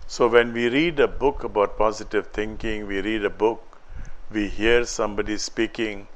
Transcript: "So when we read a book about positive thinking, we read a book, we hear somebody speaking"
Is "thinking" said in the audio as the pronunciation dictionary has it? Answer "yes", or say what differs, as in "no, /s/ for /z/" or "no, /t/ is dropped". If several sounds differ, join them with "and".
no, /t/ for /θ/